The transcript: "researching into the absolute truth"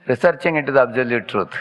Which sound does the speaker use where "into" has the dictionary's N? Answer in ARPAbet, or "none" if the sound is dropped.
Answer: none